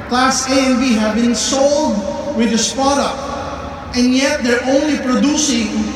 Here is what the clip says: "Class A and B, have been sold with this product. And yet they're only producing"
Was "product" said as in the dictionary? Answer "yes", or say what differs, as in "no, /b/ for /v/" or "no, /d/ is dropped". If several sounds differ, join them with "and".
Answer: no, /ɹ/ is dropped